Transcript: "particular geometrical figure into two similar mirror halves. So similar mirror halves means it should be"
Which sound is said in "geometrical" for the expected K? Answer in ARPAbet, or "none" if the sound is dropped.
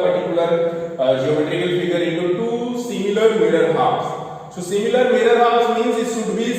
none